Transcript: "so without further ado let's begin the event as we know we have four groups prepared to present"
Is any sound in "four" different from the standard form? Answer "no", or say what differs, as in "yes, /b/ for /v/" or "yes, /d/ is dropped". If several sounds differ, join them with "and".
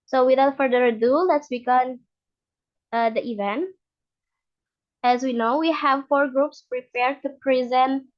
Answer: no